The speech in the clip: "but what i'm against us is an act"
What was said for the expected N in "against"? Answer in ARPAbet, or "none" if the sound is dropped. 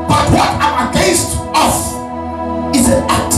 none